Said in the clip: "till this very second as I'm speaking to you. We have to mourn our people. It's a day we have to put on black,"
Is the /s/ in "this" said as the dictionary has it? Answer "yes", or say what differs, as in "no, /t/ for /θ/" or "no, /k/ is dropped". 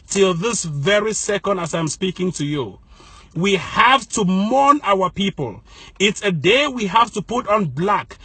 yes